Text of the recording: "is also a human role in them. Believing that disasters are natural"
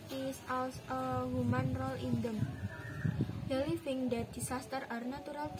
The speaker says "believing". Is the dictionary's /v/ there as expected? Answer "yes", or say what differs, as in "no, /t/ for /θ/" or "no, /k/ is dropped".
no, /f/ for /v/